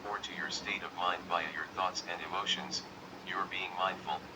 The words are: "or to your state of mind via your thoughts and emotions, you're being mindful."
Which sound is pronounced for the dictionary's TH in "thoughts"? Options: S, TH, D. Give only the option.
TH